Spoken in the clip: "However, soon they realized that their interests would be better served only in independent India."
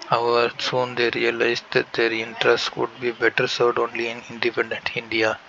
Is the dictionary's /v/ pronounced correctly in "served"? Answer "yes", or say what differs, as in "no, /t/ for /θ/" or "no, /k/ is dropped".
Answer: no, /v/ is dropped